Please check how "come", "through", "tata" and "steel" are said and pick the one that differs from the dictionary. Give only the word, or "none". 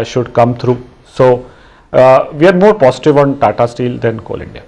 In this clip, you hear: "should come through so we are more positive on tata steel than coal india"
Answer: through